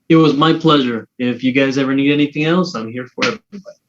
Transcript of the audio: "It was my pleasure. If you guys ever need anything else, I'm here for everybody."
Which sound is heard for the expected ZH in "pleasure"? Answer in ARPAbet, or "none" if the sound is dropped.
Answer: ZH